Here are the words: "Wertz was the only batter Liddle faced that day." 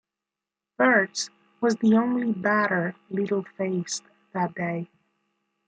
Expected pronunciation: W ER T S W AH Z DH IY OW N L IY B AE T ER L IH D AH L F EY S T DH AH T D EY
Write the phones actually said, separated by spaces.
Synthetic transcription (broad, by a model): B ER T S W AH Z DH IY OW N L IY B AE T ER L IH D L F EY S DH AH T D EY